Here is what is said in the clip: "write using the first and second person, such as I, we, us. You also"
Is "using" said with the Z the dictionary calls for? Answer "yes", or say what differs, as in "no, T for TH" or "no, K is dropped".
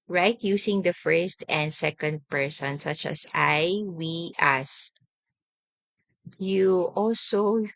no, S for Z